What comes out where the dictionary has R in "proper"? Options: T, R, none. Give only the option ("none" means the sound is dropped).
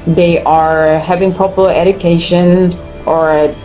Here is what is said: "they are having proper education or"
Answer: none